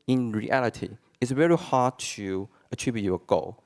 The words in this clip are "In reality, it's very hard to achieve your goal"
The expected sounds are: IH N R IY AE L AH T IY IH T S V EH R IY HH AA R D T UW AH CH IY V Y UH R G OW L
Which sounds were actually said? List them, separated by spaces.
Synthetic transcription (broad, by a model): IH N R IY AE L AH T IY IH T S V EH R IY HH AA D T UW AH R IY B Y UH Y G OW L